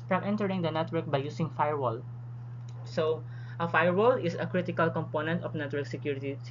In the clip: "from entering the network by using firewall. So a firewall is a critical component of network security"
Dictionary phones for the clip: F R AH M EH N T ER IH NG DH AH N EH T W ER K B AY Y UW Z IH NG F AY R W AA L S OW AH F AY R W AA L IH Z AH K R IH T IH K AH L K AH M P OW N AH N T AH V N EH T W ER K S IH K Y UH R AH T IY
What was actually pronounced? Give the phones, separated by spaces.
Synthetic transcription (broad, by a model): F R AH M EH N T ER IH NG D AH N EH T W ER K B AY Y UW S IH NG F AY R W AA L S OW AH F AY R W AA L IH S AH K R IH T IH K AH L K AH M P OW N AH N T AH F N EH T W ER K S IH K Y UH R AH T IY